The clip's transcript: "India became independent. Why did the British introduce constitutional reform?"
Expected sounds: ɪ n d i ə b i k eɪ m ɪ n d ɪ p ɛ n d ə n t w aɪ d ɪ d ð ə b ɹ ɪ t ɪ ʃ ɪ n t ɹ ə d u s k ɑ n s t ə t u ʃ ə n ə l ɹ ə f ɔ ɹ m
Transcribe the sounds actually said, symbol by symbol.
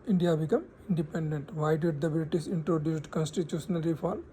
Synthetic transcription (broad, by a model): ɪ n d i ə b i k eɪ m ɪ n d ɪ p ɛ n d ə n t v aɪ d ɪ d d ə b l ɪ t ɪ s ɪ n t ɹ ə d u s k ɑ n s t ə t u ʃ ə n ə l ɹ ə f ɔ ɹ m